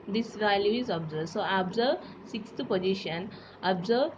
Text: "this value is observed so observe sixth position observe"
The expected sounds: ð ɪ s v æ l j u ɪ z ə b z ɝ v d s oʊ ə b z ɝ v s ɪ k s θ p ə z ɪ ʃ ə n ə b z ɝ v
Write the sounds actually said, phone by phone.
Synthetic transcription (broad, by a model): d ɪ s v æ l j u ɪ z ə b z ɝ d s oʊ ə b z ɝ s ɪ k s t p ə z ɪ ʃ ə n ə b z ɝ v